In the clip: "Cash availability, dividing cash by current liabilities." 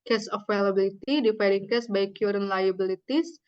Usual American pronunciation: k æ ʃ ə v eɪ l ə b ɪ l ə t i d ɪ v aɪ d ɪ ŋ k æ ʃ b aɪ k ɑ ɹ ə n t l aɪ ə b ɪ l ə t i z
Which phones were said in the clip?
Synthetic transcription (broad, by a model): k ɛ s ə f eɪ l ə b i l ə t i d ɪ f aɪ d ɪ ŋ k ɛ s b aɪ k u ɹ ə n l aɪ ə b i l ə t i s